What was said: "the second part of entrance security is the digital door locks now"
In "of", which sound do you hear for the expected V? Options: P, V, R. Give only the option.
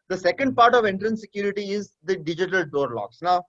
V